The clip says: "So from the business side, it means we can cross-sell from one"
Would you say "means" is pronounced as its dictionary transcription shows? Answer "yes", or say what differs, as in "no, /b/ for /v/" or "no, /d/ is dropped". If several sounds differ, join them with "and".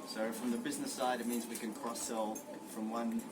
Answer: yes